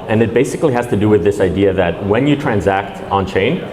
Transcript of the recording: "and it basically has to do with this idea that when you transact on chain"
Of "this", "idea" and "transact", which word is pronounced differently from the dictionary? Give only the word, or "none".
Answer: none